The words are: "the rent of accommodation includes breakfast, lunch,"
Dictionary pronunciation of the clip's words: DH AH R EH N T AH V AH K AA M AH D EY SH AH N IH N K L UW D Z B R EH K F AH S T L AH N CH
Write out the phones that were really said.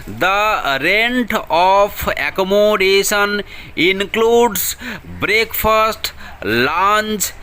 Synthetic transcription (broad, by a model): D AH R EH N T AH P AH K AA M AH D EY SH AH N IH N K L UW D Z B R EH K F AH S T L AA N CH